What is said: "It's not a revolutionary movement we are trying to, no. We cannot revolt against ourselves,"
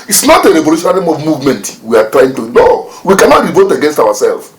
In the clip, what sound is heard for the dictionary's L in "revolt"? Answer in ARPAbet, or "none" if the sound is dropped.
none